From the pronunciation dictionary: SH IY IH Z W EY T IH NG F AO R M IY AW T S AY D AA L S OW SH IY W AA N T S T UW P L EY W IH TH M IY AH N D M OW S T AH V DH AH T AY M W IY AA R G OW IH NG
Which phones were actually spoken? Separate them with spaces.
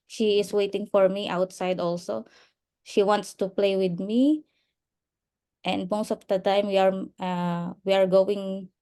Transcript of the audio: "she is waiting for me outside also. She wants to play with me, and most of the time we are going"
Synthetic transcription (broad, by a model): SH IY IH S W EY T IH NG F AO R M IY AW T S AY D AA L S OW SH IY W AA N T S T UW P L EY W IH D M IY AH N D M OW S T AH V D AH T AY M W IY AA R G OW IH NG